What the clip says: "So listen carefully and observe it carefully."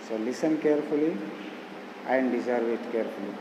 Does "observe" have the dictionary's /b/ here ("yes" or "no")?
no